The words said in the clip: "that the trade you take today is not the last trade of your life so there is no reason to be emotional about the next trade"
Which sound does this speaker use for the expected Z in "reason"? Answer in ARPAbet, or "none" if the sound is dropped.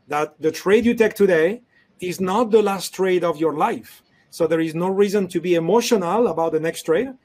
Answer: Z